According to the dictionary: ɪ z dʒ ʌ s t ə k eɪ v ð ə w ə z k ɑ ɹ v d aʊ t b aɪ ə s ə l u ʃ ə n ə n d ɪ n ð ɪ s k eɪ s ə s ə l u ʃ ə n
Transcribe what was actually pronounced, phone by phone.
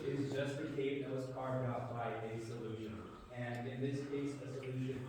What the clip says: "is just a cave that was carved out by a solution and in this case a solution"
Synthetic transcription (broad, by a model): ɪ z dʒ ʌ s t ə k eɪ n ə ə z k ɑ ɹ d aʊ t b aɪ ə s ə l u ʃ ə n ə n ɪ n ð ɪ s k eɪ s ə s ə l u ʃ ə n